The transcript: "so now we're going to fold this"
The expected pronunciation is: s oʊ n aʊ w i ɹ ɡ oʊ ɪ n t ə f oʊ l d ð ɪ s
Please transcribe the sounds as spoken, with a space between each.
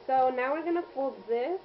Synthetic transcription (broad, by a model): s oʊ n aʊ w i ɹ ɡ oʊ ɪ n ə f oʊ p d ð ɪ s